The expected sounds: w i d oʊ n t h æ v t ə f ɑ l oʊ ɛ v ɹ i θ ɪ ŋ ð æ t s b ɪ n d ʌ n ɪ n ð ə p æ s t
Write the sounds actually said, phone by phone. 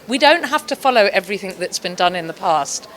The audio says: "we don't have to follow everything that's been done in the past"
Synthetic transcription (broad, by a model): w i d oʊ n t h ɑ f t ə f ɑ l oʊ ɛ v ɹ i θ ɪ ŋ ð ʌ t s b ɪ n d ʌ n ɪ n ð ə p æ s t